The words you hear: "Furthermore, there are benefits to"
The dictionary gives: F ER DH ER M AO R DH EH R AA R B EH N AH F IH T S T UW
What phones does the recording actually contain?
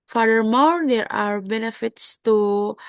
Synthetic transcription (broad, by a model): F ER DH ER M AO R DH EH R AA R B EH N AH F IH T S T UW